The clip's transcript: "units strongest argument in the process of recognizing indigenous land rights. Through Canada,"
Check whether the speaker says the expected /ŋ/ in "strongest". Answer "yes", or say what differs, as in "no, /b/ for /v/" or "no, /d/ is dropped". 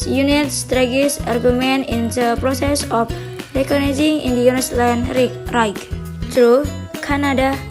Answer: no, /ŋ/ is dropped